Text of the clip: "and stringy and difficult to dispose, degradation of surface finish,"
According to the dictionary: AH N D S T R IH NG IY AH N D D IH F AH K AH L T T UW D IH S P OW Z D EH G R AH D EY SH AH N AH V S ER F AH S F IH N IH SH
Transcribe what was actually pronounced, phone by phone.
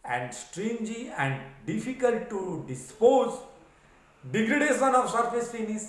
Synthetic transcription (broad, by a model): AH N D S T R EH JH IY AH N D D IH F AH K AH L T T UW D IH S P OW Z D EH G R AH D EY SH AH N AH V S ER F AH S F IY N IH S